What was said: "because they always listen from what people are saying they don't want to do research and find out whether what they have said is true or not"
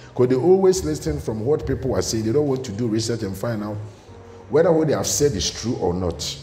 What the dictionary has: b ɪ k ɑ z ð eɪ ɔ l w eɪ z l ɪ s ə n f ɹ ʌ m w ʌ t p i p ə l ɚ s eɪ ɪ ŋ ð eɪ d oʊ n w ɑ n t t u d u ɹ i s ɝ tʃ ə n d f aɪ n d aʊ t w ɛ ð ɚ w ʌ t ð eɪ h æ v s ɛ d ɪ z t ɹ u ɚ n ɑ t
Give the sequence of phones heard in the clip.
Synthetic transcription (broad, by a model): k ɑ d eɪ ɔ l w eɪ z l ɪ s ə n f ɹ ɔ m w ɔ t p i p ə l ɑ s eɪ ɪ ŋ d eɪ d oʊ n w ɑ n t t u d u ɹ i s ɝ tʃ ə n f aɪ n aʊ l w ɛ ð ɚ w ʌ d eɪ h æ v s ɛ d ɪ s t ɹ u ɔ n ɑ t